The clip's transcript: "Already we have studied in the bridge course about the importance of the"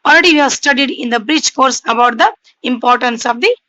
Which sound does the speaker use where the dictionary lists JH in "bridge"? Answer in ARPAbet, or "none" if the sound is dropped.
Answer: CH